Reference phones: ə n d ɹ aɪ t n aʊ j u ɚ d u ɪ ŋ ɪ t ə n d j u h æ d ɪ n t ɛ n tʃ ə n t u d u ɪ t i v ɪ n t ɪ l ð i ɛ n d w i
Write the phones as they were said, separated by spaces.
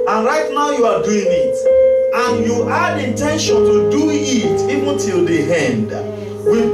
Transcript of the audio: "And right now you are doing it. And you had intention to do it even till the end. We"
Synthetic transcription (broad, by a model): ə n ɹ aɪ t n aʊ j u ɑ d u ɪ ŋ ɪ t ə n j u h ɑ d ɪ n t ɛ n ʃ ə n t u d u ɪ t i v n t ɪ l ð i ɛ n d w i